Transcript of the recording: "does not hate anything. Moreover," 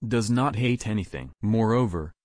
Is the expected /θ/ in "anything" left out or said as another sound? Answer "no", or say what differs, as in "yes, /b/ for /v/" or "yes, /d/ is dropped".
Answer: no